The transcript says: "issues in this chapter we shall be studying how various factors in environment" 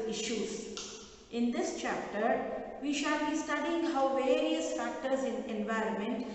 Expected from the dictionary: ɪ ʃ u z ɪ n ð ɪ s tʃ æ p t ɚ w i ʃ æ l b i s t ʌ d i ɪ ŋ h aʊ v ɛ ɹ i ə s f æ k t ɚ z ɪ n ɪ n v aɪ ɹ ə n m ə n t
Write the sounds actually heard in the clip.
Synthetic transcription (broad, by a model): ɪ ʃ u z ɪ n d ɪ s tʃ æ p t ɚ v i ʃ æ l b i s t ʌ d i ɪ ŋ h aʊ v ɛ ɹ i ə s f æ k t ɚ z ɪ n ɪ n v aɪ ɹ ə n m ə n t